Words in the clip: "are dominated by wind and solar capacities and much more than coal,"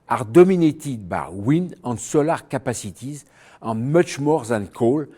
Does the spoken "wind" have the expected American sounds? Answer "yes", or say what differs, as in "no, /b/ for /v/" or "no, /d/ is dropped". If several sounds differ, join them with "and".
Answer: no, /d/ is dropped